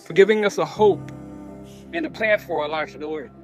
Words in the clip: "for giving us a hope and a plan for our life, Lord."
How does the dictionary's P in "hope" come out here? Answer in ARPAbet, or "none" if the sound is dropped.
P